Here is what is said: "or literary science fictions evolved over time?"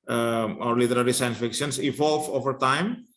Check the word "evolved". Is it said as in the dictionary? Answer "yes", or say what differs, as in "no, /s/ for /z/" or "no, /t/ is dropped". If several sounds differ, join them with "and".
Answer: no, /d/ is dropped